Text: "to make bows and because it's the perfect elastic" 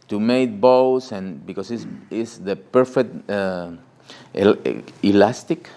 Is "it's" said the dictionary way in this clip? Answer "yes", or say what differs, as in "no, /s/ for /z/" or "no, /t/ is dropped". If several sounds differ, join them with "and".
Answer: no, /s/ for /t/